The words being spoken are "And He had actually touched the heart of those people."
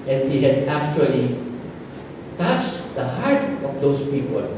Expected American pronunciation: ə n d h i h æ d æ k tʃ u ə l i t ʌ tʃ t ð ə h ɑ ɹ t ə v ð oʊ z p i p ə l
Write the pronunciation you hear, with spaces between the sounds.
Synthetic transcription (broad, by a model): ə n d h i h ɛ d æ k tʃ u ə l i t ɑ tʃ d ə h ɑ ɹ t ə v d oʊ s p i p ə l